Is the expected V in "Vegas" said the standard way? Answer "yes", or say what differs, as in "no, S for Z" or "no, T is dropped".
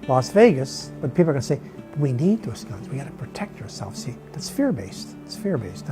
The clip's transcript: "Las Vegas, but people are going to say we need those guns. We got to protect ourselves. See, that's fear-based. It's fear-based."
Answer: yes